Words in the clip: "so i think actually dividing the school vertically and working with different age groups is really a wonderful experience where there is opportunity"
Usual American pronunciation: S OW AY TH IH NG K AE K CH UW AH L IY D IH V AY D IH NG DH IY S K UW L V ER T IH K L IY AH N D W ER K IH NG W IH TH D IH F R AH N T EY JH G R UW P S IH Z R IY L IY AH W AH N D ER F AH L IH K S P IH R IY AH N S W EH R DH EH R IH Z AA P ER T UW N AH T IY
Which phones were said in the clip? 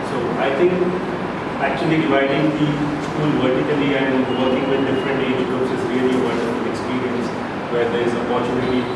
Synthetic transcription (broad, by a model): S OW AY T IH NG K AE K CH UW AH L IY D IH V AY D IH NG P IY S K UW L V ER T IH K L IY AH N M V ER K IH NG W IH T D IH F R AH N T EY JH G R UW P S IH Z R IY L IY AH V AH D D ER AH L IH K S P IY R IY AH N S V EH R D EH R IH Z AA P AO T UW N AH T IY